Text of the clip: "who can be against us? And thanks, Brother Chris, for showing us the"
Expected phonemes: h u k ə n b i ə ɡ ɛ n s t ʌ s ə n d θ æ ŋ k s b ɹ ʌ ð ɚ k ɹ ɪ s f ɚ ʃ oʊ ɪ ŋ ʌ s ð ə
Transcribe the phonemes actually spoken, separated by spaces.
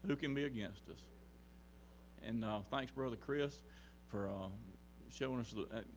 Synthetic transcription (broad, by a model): h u k ə n b i ə ɡ ɛ n s t ʌ s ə n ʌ θ æ ŋ k s b ɹ ʌ ð ɚ k ɹ ɪ s f ɚ ʃ oʊ ɪ ŋ ʌ s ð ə